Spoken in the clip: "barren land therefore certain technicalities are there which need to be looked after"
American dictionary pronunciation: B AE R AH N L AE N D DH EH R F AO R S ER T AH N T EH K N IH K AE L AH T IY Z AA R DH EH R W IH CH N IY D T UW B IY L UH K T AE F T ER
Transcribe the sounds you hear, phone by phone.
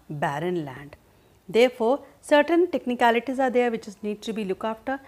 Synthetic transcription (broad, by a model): B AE R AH N L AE N D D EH R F AO R S ER T AH N T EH K N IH K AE L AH T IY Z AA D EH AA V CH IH S N IY D T UW B IY L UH K AA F T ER